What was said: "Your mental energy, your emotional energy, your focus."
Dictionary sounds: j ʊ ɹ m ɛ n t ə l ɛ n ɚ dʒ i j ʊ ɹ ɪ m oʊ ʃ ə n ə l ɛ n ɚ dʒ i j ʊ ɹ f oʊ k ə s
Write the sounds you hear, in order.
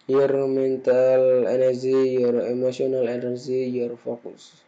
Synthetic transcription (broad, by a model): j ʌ ɹ m ɛ n t ə l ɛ n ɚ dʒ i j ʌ ɹ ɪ m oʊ s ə n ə l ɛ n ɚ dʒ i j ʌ ɹ f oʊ k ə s